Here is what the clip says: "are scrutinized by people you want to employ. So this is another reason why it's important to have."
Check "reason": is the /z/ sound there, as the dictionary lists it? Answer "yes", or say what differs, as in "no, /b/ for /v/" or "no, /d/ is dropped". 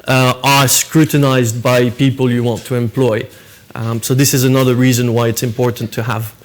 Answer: yes